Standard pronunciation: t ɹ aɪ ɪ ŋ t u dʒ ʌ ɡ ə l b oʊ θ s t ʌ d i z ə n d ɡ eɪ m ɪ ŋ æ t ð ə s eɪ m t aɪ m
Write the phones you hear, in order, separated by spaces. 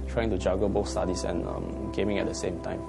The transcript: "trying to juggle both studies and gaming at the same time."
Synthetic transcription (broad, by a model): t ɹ aɪ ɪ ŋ t u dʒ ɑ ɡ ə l b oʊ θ s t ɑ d i s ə n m ɡ eɪ m ɪ ŋ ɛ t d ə s eɪ m t aɪ m